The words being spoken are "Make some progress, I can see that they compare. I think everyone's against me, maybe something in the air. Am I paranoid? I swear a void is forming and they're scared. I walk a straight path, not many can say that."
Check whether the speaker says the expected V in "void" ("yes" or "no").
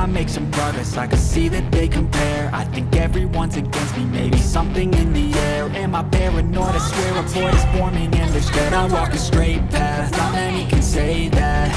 no